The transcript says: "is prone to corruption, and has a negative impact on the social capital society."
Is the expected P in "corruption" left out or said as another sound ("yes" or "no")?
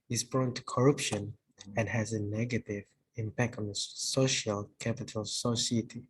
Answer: no